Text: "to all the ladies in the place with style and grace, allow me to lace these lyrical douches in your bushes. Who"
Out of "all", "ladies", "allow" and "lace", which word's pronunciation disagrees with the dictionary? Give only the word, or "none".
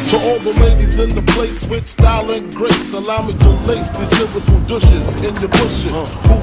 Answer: none